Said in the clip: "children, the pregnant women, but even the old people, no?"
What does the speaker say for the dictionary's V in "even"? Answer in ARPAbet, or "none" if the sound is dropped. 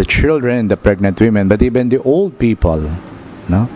B